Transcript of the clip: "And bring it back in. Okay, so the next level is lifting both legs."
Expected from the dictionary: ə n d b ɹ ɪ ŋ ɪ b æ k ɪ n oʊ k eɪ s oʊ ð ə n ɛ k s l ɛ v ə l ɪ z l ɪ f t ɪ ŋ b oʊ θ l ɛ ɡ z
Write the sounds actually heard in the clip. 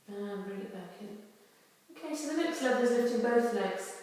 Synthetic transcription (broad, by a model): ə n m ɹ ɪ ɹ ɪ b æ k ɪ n oʊ k eɪ s oʊ ð ə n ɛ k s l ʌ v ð ɪ z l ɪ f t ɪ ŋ b oʊ θ l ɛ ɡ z